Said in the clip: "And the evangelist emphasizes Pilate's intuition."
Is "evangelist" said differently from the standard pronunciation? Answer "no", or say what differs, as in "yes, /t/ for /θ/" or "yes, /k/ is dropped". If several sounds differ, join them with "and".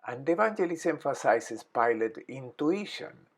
yes, /t/ is dropped